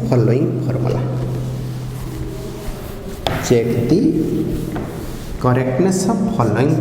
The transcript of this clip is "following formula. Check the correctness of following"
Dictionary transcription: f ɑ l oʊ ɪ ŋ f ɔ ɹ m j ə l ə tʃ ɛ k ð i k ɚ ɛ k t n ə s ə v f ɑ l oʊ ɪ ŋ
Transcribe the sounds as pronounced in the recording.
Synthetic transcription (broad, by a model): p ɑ l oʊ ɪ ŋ p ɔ ɹ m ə l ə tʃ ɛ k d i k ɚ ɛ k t n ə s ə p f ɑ l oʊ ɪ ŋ